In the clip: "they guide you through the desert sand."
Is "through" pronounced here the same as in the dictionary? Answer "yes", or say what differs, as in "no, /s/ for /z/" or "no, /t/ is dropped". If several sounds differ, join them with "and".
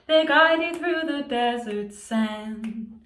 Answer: yes